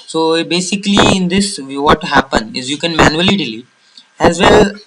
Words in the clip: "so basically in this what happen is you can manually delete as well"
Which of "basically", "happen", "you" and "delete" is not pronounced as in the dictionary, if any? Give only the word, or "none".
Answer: delete